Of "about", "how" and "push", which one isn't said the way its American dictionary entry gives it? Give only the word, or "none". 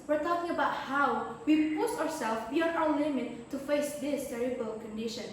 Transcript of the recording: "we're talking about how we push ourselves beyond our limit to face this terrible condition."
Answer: push